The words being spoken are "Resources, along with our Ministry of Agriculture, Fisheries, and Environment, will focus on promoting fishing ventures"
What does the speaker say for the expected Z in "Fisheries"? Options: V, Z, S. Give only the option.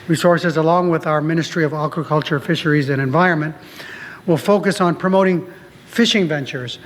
Z